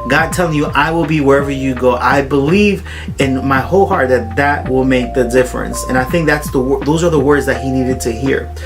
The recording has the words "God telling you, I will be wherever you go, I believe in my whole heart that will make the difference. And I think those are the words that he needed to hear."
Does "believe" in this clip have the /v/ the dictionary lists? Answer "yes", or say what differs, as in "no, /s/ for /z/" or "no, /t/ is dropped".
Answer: yes